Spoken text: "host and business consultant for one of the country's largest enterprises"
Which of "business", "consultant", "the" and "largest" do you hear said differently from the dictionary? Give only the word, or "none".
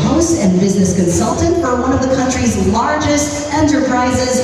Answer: none